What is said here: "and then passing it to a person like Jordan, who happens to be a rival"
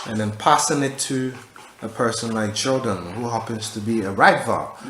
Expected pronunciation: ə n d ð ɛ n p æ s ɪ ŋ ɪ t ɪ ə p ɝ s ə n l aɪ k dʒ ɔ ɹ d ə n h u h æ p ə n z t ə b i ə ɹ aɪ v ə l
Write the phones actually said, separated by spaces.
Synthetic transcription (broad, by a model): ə n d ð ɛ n p æ s ɪ ŋ ɪ t ɪ ə p ɝ s ə n l aɪ k tʃ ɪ l d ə n h u h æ p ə n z t ə b i ə ɹ aɪ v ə